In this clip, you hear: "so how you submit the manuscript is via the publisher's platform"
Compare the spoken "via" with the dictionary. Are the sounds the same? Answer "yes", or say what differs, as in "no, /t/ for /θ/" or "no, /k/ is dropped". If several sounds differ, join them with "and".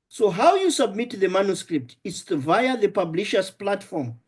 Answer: yes